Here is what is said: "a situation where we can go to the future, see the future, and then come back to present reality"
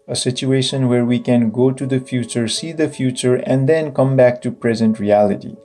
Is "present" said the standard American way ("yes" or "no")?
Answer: yes